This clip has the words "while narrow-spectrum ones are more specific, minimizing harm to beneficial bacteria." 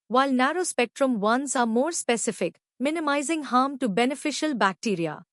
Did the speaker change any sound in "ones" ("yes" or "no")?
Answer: yes